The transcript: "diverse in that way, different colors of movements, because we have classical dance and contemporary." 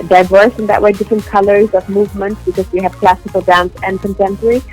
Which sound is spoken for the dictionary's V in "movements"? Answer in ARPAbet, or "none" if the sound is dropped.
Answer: V